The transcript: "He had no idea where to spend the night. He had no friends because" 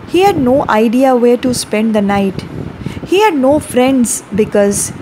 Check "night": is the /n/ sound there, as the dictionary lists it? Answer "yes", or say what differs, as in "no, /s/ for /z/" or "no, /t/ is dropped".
yes